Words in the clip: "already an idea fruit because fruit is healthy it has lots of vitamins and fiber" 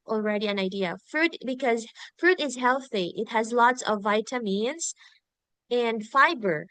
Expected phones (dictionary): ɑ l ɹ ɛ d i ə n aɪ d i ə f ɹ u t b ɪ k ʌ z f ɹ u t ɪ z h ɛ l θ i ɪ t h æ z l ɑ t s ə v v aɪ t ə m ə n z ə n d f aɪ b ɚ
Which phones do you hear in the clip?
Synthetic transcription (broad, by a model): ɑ l ɹ ɛ d i ə n aɪ d i ə f ɹ u t b ɪ k ʌ z f ɹ u t ɪ z h ɛ l θ i ɪ t h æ z l ɑ t s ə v v aɪ t ə m ə n z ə n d f aɪ b ɚ